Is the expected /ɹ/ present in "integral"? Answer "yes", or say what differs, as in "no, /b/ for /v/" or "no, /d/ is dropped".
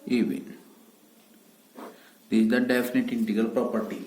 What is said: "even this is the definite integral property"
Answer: no, /ɹ/ is dropped